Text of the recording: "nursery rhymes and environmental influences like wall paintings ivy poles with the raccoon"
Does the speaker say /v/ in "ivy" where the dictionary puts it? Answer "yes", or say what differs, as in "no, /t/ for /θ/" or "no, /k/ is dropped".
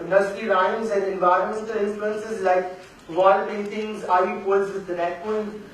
no, /v/ is dropped